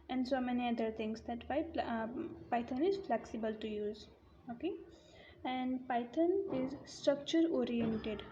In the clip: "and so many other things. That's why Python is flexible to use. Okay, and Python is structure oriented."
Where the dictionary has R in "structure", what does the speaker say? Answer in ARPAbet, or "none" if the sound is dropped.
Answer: R